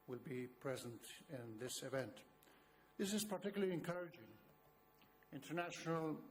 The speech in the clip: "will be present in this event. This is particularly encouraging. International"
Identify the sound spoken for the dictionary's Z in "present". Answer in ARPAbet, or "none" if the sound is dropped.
Z